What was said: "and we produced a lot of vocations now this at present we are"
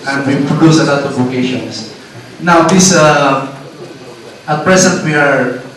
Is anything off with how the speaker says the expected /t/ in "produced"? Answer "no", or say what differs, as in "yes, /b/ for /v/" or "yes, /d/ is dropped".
yes, /t/ is dropped